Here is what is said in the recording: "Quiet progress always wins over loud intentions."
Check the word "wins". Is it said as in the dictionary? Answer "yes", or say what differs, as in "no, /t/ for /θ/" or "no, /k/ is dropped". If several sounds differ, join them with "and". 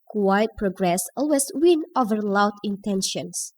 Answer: no, /z/ is dropped